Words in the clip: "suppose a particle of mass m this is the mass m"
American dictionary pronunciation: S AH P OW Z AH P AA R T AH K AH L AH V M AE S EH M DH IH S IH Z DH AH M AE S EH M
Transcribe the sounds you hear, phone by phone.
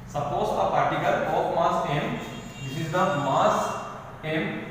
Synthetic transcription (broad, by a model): S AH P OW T AH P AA R T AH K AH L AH P M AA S EH M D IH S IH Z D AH M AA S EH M